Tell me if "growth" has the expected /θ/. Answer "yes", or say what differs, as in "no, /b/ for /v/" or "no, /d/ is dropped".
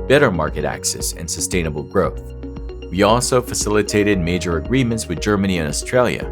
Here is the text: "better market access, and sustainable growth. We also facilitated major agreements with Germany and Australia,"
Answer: yes